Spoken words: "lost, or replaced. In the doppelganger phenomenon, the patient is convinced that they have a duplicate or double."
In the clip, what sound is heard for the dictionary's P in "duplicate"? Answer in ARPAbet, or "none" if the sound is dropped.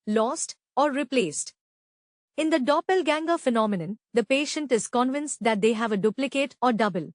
P